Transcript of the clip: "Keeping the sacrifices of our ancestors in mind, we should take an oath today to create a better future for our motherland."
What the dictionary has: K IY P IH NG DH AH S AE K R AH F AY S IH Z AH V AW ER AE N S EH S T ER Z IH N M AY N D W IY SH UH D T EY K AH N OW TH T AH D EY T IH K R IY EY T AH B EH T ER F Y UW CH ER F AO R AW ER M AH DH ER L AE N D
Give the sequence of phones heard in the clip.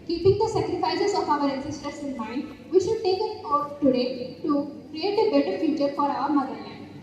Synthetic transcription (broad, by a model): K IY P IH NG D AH S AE K R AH F AY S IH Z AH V AW ER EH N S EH S T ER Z IH N M AY N D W IY SH UH D T EY K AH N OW F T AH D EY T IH K R IY EY T AH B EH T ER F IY CH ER F AO R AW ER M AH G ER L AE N